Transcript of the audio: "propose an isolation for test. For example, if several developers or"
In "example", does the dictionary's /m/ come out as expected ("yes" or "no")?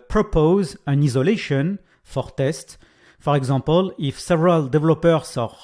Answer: no